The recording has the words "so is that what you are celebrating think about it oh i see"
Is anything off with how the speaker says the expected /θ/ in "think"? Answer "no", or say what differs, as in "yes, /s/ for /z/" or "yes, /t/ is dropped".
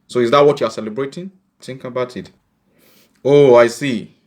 yes, /t/ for /θ/